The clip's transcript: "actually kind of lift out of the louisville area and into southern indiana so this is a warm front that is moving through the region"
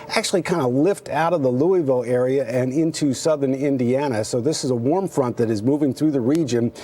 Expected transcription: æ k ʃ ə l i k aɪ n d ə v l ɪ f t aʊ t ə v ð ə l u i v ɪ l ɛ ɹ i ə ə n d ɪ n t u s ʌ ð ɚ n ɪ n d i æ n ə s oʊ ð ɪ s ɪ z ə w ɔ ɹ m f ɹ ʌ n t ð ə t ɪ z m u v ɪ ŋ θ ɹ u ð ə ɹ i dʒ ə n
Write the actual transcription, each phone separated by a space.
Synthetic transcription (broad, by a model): æ k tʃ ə l i k aɪ n d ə l ɪ f t aʊ t ə v ð ə l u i v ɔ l ɛ ɹ i ə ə n ɪ n t u s ʌ ð ɚ n ɪ n d i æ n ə s oʊ ð ɪ s ɪ z ə w ɔ ɹ m f ɹ ʌ n ð ə t ɪ z m u v ɪ ŋ θ ɹ u ð ə ɹ i dʒ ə n